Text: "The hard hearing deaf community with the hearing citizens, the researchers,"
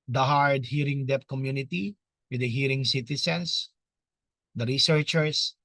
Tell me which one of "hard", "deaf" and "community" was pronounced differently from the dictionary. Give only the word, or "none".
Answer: deaf